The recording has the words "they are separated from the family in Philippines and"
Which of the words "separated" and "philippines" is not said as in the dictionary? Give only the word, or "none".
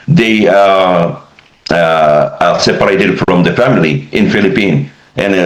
philippines